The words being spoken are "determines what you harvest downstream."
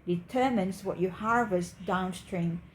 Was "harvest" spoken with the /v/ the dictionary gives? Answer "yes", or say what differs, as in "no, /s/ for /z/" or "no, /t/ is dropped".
yes